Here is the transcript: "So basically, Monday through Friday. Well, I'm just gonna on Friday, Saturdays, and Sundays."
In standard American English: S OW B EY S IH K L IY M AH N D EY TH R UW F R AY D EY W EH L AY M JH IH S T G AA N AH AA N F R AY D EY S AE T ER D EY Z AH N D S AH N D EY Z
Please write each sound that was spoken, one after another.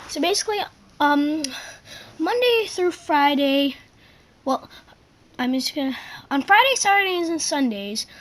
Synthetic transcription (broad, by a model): S OW B EY S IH K L IY M AH N D EY TH R UW F R AY D EY W EH L AY M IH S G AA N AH N F R AY D EY S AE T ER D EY Z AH N S AH N D EY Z